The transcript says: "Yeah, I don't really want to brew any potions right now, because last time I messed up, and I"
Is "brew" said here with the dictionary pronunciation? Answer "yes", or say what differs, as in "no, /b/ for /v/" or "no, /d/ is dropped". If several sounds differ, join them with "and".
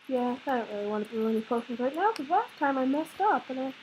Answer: no, /ɹ/ is dropped